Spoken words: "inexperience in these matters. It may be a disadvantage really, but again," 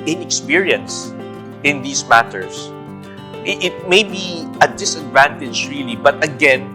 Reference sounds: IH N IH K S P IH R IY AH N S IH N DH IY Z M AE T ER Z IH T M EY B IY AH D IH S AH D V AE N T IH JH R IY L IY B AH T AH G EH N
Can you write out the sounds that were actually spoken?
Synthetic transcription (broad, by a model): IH N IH K S P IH R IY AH N S IH N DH IY S M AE T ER S IH T M EY B IY AH D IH S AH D V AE N T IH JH R IY L IY B AH T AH G EH N